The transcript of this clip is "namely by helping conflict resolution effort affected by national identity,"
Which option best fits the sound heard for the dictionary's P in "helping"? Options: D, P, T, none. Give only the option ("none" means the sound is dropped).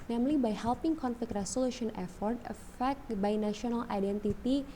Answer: P